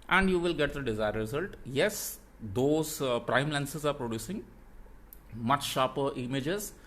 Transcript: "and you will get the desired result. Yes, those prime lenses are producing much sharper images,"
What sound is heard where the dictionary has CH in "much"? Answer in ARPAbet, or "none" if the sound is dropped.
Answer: CH